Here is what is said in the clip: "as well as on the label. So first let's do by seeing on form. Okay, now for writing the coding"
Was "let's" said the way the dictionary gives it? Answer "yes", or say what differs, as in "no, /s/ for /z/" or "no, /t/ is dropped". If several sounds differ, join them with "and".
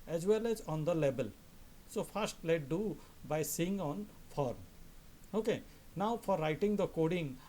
no, /s/ is dropped